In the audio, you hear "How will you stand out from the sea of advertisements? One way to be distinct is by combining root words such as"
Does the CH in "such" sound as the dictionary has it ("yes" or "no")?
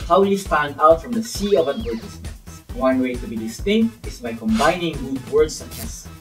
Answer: no